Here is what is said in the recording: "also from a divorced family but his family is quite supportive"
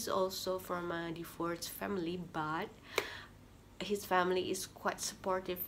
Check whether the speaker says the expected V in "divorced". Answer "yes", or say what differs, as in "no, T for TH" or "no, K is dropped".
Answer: no, F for V